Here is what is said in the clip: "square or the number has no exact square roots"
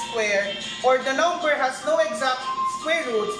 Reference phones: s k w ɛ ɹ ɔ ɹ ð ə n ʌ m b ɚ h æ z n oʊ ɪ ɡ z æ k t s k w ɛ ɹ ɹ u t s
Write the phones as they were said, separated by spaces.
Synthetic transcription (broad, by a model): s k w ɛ ɹ ɔ ɹ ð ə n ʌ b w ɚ h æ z n oʊ ɪ ɡ z æ k t s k w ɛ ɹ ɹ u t